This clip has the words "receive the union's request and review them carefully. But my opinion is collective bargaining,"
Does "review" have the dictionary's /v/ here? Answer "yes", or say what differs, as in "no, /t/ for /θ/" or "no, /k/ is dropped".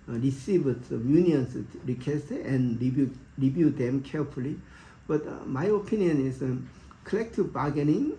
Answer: no, /b/ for /v/